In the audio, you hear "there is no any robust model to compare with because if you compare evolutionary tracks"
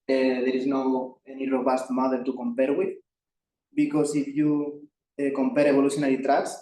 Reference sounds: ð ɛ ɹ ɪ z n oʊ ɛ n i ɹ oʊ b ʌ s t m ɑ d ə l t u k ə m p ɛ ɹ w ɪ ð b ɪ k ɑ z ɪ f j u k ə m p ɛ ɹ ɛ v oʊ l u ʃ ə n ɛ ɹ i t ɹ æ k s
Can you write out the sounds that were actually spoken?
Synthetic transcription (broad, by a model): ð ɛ ɹ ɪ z n oʊ ɛ n i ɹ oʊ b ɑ s t m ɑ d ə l t u k ə m p ɛ ɹ w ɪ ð b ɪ k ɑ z ɪ f j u k ə m p ɛ ɹ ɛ b oʊ l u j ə n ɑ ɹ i t ɹ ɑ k s